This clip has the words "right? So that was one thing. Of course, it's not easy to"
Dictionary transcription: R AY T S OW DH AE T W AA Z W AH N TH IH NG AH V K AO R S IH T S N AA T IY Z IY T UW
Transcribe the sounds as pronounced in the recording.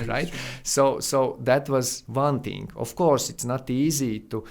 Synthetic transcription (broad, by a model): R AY T S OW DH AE T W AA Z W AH N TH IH NG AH F K AO R S IH T S N AA T IY Z IY T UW